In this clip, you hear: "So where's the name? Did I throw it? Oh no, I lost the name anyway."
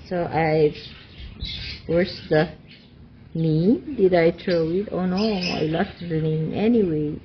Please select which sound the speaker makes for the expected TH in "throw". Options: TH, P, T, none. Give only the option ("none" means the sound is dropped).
T